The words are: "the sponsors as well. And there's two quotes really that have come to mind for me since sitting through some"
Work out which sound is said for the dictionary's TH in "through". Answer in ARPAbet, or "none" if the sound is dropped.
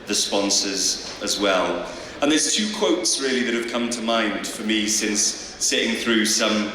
TH